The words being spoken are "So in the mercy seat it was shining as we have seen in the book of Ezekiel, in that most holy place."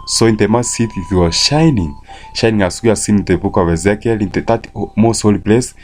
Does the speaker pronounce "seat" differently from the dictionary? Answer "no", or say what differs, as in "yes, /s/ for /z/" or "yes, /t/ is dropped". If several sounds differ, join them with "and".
yes, /θ/ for /s/